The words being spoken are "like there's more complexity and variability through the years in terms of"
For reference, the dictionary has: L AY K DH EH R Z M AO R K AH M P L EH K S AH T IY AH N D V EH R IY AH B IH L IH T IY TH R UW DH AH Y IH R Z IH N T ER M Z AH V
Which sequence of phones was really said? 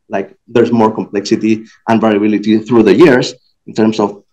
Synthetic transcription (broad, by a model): L AY K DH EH R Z M AO R K AH M P L EH K S AH T IY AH N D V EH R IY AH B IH L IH T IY TH R UW DH AH Y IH R S IH N T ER M S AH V